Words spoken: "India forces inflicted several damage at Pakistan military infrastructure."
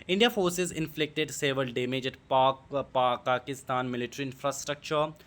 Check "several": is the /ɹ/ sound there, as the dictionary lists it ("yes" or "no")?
no